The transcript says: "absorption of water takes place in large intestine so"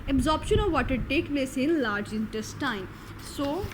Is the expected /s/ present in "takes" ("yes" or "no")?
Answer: no